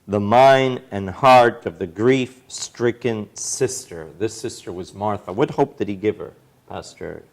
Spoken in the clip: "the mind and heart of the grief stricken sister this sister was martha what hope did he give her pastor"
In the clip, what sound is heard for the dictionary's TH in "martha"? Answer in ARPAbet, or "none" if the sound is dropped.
TH